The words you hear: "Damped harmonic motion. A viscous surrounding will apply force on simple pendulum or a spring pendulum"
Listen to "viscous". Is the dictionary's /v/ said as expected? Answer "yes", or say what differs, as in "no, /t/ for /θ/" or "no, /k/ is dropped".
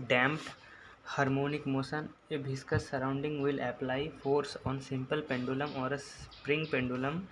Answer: no, /b/ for /v/